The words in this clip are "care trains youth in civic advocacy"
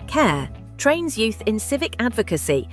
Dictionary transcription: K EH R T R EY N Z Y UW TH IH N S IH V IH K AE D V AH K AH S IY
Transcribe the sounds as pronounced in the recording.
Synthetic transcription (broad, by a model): K EH T R EY N Z Y UW TH IH N S IH V IH K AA D V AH K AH S IY